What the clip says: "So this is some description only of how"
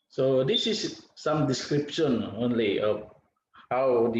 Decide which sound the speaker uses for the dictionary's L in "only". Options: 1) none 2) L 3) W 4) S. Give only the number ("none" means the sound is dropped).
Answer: 2